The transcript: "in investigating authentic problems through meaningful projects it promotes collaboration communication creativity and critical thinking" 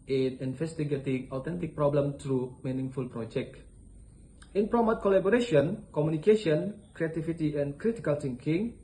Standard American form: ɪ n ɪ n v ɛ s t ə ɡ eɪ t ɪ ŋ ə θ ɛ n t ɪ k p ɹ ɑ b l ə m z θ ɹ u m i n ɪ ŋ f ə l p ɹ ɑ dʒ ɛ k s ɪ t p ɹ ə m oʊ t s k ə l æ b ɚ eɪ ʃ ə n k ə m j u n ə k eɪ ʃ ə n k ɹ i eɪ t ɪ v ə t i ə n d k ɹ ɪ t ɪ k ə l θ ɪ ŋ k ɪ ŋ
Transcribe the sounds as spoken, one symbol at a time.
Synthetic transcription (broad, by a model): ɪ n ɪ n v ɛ s t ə ɡ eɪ t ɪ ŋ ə t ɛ n t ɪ k p ɹ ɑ b l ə m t ɹ u m i n ɪ ŋ f ə l p ɹ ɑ dʒ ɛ k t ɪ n p ɹ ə m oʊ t k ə l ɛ b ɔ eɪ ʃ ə n k ə m j u n ə k eɪ ʃ ə n k ɹ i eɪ t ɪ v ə t i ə n k ɹ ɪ t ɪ k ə l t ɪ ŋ k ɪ ŋ